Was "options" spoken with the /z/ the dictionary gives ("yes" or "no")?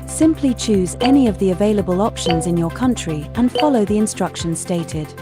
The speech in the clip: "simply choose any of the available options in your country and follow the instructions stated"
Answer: yes